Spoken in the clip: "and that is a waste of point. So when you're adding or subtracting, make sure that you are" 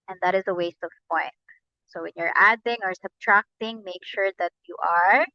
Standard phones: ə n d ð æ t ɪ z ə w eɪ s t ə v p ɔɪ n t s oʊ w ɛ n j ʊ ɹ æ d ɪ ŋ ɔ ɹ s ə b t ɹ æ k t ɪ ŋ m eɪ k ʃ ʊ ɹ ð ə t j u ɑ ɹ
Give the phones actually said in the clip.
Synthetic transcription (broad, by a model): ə n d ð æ t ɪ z ə w eɪ s t ə v p ɔɪ n t s oʊ w ɛ n j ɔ ɹ æ d ɪ ŋ ɔ ɹ s ə b t ɹ æ k t ɪ ŋ m eɪ k ʃ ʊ ɹ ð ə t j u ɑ ɹ